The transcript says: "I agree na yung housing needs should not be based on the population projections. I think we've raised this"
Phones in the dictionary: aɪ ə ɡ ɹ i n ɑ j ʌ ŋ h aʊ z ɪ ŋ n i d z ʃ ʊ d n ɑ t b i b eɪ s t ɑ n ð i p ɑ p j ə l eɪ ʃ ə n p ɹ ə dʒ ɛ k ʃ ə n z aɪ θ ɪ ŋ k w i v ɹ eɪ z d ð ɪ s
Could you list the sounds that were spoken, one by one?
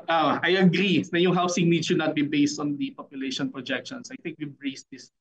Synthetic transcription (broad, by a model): aɪ ə ɡ ɹ i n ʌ j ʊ ŋ h aʊ s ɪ ŋ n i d ʃ ʊ d n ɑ t b i b eɪ s t ɑ n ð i p ɑ p j ə l eɪ ʃ ə n p ɹ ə dʒ ɛ k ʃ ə n s aɪ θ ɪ ŋ k w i b ɹ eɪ s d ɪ s